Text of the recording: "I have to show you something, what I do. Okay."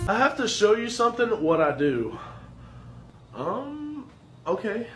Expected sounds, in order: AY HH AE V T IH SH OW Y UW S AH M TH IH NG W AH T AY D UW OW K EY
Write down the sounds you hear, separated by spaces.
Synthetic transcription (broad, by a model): AY HH AE F T IH SH OW Y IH S AH M TH IH NG W AH T AY D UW OW K EY